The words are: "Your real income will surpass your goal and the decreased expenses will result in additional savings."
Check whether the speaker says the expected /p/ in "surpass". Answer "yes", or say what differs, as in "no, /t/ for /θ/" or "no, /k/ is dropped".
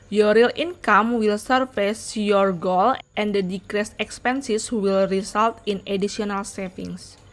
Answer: no, /f/ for /p/